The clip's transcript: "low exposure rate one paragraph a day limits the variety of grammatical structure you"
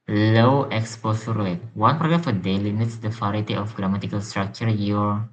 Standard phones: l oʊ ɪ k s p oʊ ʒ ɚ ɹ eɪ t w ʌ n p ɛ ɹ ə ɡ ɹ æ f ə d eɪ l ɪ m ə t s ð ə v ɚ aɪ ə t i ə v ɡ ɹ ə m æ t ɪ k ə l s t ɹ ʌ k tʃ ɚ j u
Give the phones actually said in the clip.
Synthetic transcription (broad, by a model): l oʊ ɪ k s p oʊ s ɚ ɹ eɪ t w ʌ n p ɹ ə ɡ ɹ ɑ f ə d eɪ l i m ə t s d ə f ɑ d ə t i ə f ɡ ɹ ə m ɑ t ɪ k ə l s t ɹ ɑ k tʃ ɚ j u